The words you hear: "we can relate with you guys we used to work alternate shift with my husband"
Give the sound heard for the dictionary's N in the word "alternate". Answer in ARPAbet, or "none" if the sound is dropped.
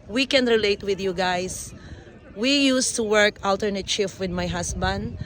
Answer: N